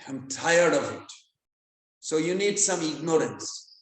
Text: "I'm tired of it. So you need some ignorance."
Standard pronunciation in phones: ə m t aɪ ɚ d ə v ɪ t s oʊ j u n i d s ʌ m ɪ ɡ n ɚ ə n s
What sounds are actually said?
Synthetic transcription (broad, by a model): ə m t aɪ ɚ d ə v ɪ t s oʊ j u n i d s ʌ m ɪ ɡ n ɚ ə n s